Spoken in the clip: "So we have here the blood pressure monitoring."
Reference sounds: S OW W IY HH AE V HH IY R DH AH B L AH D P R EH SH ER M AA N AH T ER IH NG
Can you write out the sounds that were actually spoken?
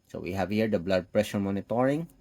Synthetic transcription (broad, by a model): S OW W IY HH AE V HH IY R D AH B L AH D P R EH SH ER M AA N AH T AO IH NG